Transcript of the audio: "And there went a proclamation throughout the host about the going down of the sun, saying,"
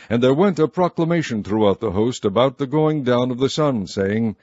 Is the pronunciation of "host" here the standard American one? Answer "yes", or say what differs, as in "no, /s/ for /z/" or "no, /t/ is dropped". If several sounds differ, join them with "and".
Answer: yes